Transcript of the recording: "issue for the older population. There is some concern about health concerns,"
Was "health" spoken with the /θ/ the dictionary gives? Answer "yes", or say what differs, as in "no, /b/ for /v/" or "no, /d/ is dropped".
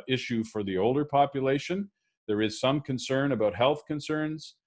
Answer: yes